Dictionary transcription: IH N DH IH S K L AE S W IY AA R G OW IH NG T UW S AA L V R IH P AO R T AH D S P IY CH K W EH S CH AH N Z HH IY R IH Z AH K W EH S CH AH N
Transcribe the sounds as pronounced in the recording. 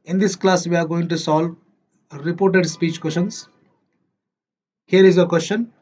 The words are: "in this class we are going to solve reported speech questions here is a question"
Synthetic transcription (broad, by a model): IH N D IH S K L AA S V IY AA R G OW IH NG T UW S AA L R IH P AO R T AH D S P IY CH K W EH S SH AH N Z HH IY R IH Z AH K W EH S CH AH N